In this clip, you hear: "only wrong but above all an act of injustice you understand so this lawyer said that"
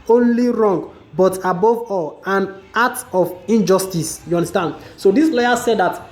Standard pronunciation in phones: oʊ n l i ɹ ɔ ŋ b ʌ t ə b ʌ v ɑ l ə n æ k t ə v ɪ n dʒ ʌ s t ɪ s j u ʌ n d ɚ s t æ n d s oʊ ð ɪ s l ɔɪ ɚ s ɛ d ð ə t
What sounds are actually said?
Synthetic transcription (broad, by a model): oʊ n l i ɹ ɔ ŋ b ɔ t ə b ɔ v ɑ l ə n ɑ t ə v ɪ n dʒ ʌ s t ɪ s j u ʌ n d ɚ s t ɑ n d s oʊ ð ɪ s l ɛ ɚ s ɛ d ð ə t